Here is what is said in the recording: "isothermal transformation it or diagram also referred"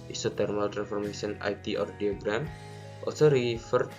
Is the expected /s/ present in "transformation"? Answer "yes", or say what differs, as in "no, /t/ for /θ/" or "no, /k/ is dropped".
no, /s/ is dropped